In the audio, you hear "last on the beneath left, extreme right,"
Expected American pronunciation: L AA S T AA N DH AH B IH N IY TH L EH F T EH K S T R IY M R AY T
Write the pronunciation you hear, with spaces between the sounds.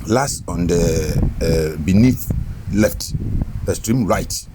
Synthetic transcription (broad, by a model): L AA S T AA N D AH B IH N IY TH L EH F T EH S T R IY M R AY T